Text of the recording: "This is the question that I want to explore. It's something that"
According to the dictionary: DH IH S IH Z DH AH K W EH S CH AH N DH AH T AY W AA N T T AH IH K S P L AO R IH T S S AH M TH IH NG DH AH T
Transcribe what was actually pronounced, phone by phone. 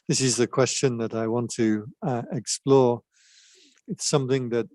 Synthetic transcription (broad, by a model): DH IH S IH Z DH AH K W EH S CH AH N DH AH T AY W AA N T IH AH IH K S P L AO R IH T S S AH M TH IH NG DH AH T